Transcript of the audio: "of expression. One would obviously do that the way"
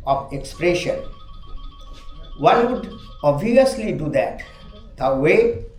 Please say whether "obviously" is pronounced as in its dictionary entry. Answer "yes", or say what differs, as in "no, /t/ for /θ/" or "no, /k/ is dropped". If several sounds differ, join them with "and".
no, /v/ is dropped